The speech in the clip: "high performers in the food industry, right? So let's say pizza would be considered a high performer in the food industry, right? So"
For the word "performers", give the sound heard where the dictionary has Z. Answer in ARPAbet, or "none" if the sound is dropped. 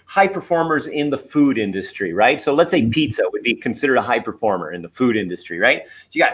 Z